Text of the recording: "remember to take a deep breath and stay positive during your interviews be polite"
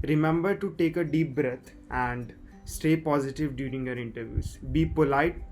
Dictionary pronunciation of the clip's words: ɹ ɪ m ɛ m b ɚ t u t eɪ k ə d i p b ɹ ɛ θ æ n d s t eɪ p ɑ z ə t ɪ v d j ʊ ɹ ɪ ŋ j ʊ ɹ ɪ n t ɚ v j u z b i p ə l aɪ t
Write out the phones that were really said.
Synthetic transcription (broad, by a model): ɹ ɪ m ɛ m b ɚ t u t eɪ k ə d i p b ɹ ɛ t æ n d s t eɪ p ɑ z ə t ɪ v d j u ɹ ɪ ŋ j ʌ ɹ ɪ n t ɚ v j u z b i p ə l aɪ t